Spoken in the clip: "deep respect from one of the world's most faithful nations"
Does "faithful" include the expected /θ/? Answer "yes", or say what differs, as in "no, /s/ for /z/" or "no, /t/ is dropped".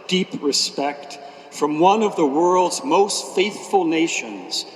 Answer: yes